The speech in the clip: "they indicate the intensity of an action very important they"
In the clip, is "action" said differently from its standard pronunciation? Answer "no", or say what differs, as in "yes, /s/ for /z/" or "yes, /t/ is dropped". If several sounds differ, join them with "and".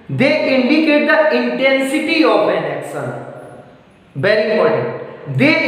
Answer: yes, /s/ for /ʃ/